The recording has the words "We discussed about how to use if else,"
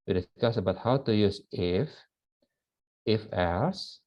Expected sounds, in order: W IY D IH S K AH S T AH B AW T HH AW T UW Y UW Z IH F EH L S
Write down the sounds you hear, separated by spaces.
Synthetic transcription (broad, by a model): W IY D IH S K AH S AH B AW T HH AW T UW Y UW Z IH F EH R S